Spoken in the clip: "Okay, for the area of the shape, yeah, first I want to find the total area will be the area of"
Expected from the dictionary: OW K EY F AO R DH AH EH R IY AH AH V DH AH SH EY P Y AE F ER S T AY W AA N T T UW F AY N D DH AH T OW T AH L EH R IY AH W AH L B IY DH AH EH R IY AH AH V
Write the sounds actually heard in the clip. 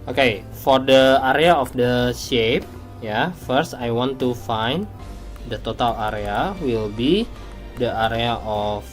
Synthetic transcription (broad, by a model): OW K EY F AO R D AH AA R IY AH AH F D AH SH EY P Y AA F ER S T AY W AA N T T UW F AY N D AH T OW T AH L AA R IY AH W AH L B IY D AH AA R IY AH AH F